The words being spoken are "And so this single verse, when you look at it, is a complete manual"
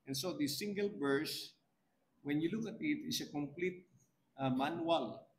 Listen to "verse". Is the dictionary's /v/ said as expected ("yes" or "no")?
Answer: no